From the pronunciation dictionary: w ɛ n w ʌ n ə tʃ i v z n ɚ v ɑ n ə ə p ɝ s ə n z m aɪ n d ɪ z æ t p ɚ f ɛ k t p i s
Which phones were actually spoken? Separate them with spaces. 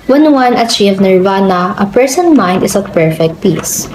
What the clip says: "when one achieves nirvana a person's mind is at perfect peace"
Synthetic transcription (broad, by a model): w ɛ n w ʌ n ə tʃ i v n ɚ v ɑ n ə ə p ɝ s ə n m aɪ n d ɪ s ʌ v p ɚ f ɛ k t p i s